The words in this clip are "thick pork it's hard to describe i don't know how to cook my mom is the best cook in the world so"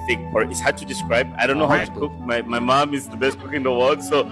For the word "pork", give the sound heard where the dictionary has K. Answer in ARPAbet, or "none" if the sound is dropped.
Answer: none